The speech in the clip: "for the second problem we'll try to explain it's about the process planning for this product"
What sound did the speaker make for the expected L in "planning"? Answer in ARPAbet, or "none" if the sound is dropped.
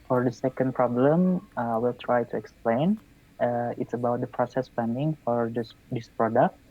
none